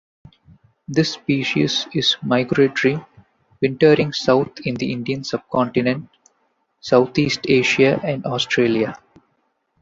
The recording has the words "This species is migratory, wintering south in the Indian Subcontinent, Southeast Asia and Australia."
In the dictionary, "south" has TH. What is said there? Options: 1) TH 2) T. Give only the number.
2